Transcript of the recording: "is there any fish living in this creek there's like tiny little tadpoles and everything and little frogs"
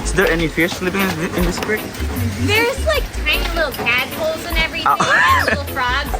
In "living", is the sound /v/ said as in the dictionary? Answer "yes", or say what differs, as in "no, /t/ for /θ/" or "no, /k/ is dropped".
no, /p/ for /v/